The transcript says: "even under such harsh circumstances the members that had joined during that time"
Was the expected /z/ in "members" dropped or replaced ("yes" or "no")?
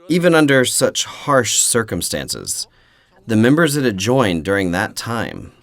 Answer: no